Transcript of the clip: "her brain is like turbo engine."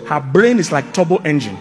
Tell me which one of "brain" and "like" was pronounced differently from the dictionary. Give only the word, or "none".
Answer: none